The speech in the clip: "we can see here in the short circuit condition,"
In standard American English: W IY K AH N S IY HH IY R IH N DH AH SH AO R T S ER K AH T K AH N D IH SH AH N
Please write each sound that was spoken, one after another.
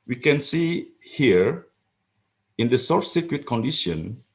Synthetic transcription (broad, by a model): W IY K AH N S IY HH IY R IH N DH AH S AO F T S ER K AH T K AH N D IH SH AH N